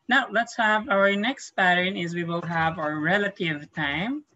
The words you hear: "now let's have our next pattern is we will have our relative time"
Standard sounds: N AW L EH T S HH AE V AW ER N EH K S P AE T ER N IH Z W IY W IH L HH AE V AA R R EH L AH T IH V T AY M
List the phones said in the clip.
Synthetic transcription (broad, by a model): N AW L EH T S HH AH V AW ER N EH K S P AE T ER N IH Z W IY W IH L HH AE V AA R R EH L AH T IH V T AY M